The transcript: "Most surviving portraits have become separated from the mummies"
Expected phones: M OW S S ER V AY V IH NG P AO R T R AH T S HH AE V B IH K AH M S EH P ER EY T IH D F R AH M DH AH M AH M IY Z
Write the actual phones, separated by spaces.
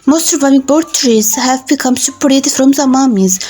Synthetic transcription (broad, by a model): M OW S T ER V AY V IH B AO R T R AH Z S HH AE V B IH K AH M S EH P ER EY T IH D F R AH M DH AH M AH M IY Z